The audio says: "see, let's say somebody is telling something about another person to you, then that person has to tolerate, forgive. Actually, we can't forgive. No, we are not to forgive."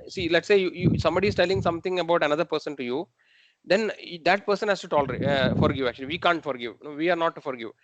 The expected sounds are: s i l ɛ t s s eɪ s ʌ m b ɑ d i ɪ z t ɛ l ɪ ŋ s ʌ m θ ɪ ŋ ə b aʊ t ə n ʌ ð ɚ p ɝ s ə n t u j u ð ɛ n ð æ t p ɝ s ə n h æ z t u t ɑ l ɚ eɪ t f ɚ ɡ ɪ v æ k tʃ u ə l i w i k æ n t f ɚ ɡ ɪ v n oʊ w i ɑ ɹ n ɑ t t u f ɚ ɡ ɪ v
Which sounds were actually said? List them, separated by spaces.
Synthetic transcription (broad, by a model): s i l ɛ t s s eɪ s ʌ m b ɑ d i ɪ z t ɛ l ɪ ŋ s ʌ m t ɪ ŋ ə b aʊ t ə n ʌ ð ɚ p ɝ s ə n t u j u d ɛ n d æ t p ɝ s ə n h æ s t u t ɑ l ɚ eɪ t f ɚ ɡ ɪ v æ k tʃ u ə l i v i k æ n t f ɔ ɡ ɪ v n oʊ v i ɑ ɹ n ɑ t t u f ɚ ɡ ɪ v